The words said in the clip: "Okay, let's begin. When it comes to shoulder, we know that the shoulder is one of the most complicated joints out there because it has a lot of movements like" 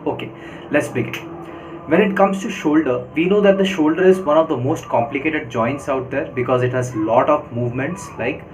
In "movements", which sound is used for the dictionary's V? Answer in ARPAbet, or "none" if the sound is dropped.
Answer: V